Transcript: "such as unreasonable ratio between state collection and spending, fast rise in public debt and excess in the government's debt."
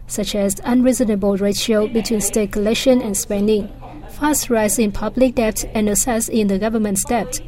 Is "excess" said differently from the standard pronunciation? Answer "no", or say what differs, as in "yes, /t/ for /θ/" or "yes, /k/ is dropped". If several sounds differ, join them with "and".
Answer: yes, /k/ is dropped